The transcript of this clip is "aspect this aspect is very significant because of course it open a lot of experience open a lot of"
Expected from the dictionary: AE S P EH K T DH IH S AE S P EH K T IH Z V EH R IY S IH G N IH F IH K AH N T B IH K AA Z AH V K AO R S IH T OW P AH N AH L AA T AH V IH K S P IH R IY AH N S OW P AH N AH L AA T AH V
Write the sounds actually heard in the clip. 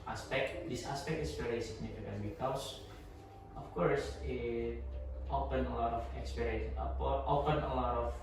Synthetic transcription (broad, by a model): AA S P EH K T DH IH S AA S P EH K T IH S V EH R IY S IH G N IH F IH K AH N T B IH K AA S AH F K AO R S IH T OW P AH N AH L AA T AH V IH K S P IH R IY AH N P OW P AH N AH L AA T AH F